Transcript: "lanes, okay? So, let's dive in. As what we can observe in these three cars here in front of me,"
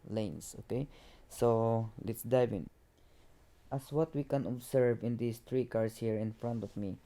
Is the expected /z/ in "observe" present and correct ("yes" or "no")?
no